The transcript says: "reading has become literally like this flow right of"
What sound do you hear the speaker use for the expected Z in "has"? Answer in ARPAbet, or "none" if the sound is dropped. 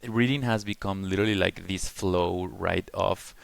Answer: Z